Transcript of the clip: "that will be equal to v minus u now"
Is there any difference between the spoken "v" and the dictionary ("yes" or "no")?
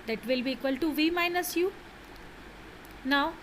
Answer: no